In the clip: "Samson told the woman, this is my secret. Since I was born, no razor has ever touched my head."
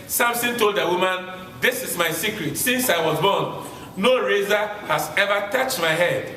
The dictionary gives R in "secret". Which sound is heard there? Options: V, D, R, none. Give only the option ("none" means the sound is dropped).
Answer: R